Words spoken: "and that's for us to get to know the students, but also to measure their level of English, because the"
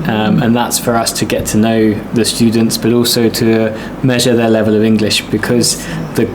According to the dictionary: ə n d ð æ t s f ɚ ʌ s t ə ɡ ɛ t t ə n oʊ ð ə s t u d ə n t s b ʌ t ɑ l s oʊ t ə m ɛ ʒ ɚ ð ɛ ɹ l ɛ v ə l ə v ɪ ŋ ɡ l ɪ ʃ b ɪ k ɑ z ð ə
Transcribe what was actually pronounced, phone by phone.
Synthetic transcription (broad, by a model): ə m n ð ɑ t s f ɚ ʌ s t ə ɡ ɛ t t ə n oʊ ð ə s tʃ u d n t s b ʌ t ɑ l s oʊ t ə m ɛ ʒ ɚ ð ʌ l ɛ v ə l ə v ɪ ŋ ɡ l ɪ ʃ b ɪ k ɑ z ð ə